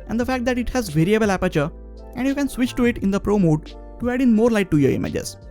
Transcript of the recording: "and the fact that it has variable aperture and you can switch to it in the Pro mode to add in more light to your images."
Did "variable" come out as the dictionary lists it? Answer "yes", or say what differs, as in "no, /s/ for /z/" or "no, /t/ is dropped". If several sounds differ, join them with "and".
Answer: yes